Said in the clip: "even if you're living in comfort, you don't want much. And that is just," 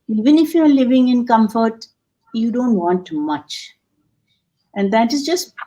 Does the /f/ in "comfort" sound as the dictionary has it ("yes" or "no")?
yes